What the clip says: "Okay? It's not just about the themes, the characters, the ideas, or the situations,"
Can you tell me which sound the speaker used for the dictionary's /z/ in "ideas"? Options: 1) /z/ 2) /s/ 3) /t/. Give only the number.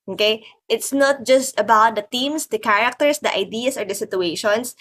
2